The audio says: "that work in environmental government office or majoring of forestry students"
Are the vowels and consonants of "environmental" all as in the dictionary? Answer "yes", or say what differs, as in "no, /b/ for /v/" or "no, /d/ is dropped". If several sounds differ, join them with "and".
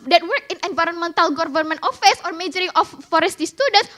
yes